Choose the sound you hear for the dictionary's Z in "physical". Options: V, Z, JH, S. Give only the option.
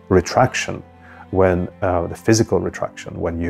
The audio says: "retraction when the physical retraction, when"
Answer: Z